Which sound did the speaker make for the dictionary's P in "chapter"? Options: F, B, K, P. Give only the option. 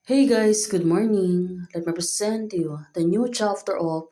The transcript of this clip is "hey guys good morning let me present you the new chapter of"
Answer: F